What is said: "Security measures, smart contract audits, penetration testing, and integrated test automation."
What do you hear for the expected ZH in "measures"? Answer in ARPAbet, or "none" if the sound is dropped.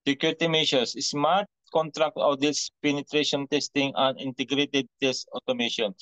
SH